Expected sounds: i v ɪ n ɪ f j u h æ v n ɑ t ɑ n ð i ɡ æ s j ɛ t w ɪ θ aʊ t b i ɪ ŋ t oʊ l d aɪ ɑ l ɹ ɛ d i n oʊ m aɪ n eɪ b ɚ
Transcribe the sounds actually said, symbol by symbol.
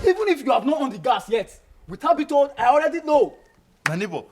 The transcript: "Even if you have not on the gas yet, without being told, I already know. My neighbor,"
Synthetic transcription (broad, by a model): i v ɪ n ɪ f j u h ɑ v n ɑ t ɑ n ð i ɡ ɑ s j ɛ t w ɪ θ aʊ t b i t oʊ d aɪ ɑ l ɹ ɛ d i l oʊ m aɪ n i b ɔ